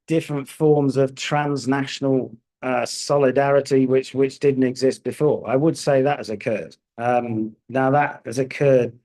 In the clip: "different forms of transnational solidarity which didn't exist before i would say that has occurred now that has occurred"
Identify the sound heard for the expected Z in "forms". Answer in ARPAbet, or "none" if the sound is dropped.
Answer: Z